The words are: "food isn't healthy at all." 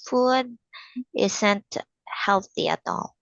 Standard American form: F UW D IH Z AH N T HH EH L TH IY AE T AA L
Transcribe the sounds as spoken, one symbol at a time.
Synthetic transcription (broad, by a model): F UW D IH S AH N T HH EH L TH IY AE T AA L